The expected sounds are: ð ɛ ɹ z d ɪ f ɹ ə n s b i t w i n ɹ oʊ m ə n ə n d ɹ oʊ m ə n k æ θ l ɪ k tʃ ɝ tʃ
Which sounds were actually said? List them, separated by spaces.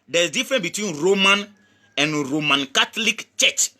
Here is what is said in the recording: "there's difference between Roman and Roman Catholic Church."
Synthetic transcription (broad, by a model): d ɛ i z d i f ɹ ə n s b i t w i n ɹ oʊ m ə n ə n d ɹ oʊ m ə n k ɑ t l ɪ k tʃ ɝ tʃ